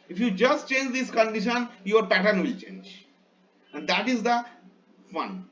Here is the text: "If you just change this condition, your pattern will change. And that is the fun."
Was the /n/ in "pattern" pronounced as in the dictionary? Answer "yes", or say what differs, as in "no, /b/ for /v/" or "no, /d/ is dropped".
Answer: yes